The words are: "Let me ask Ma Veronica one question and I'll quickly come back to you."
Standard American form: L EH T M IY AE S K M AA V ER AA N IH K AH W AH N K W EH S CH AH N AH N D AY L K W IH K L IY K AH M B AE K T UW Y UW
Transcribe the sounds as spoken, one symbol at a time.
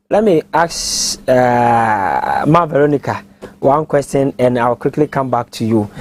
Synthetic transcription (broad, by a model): L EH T M IY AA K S M AA V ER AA N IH K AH W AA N K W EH S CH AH N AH N AY W K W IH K L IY K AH M B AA K T UW Y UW